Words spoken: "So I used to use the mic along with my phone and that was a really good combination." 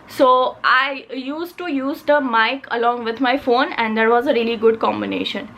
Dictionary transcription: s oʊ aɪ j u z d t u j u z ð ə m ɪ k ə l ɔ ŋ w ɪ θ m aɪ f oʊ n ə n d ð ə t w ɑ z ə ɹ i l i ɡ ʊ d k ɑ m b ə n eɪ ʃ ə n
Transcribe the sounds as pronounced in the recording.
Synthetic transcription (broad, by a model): s oʊ aɪ j u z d t u j u z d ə m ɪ k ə l ɔ ŋ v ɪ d m aɪ f oʊ n ə n d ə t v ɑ z ə ɹ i l i ɡ ʊ d k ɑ m b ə n eɪ ʃ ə n